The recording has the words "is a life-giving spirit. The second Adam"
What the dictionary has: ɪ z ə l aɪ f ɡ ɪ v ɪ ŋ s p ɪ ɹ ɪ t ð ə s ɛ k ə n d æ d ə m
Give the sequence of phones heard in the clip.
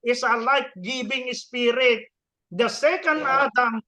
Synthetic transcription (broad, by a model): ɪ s ə l aɪ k ɡ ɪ b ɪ ŋ s p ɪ ɹ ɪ t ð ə s ɛ k ə n d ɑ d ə m